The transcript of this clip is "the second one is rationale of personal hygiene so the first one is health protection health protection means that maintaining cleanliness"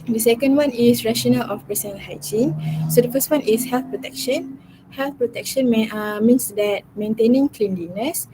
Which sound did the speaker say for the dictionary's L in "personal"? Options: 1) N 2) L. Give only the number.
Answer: 1